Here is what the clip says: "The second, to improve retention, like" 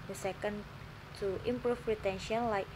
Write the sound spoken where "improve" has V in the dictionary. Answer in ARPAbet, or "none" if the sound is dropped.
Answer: F